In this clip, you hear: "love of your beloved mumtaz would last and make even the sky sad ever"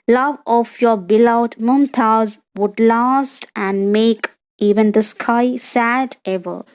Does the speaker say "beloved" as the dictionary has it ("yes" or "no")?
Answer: no